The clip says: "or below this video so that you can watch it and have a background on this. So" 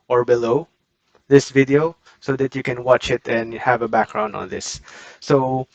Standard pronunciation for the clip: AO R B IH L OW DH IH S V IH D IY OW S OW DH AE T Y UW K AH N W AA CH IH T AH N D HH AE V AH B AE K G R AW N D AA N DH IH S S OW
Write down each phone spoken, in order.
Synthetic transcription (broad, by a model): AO R B IH L OW DH IH S V IH D IY OW S OW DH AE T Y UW K AH N W AA CH IH T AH N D HH AE V AH B AE K G R AW N D AA N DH IH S S OW